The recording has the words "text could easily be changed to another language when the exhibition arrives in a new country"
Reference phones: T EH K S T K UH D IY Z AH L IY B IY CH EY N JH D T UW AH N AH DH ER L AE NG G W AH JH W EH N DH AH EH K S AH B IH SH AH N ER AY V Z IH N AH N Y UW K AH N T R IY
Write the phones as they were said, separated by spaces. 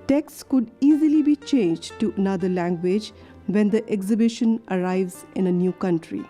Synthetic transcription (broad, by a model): T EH K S K UH D IY Z AH L IY B IY CH EY N JH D T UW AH N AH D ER L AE NG G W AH JH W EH N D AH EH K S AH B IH SH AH N ER AY V Z IH N AH N Y UW K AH N T R IY